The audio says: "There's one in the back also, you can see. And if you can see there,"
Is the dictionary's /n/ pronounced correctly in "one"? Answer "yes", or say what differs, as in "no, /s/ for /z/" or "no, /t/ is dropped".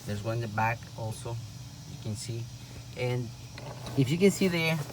no, /n/ is dropped